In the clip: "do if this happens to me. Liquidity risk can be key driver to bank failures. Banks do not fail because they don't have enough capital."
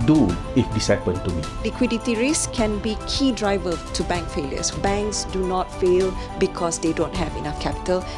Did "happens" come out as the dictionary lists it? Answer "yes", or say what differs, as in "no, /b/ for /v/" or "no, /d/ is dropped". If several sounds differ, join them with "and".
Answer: no, /z/ is dropped